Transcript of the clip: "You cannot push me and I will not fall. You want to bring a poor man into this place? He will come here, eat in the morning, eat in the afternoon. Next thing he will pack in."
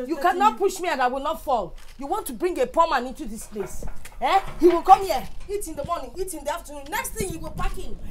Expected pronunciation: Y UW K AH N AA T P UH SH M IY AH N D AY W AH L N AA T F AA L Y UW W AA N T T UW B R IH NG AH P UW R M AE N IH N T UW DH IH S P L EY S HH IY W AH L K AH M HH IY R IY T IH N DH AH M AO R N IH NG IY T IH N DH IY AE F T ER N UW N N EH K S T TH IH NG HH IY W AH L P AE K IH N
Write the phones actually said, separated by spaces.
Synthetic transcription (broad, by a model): Y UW K AH N AA T P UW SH M IY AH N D AY W AH L N AA T F AA L Y UW W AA N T T UW B R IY NG AH P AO M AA N IH N T UW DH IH S P L EY S HH IY W AH L K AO M HH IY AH IY T IH N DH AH M AO N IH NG IY T IH N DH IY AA F T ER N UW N N EH K S T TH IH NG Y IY W AH L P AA K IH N